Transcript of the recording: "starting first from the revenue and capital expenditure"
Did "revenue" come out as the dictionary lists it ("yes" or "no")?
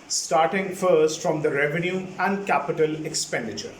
yes